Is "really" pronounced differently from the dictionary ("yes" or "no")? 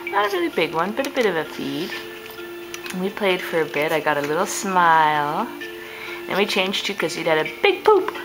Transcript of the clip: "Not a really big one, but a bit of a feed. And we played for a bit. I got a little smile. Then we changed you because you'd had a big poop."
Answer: yes